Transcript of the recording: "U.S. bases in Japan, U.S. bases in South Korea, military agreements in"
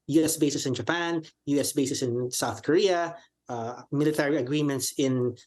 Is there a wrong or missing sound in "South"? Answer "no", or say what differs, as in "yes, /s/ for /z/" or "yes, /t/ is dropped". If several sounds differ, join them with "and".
no